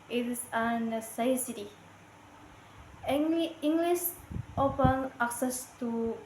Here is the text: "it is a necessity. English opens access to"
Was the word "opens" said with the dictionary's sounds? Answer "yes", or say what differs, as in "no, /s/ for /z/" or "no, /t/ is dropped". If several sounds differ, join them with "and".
no, /z/ is dropped